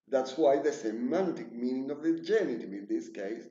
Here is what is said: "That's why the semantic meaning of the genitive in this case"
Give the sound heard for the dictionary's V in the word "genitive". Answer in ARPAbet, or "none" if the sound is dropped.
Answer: none